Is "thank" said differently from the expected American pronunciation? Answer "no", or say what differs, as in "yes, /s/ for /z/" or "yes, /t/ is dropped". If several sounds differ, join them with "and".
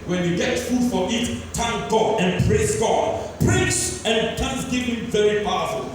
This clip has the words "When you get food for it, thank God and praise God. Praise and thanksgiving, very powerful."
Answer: yes, /t/ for /θ/